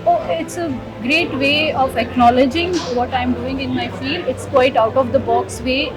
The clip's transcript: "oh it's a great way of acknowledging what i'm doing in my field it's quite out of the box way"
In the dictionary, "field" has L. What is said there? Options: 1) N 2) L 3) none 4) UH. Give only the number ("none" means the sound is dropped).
2